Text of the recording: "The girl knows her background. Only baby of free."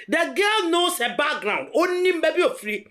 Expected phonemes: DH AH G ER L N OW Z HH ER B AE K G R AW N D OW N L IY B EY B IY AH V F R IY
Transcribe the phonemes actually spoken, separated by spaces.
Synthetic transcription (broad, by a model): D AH G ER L N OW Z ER B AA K G R AW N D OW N N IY B EY B IY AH F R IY